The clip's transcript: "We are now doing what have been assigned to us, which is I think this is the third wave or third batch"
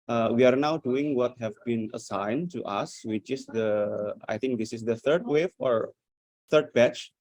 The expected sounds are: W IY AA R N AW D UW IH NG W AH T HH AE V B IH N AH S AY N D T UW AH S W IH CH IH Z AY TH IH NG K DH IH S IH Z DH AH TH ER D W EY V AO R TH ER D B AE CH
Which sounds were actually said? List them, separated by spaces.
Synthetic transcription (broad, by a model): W IY AA R N AW D UW IH NG W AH T HH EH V B IH N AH S AY N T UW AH S W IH CH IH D AY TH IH NG K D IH S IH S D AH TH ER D W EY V AO R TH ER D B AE CH